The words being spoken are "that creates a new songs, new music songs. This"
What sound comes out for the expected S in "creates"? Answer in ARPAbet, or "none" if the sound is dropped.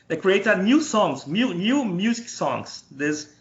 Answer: none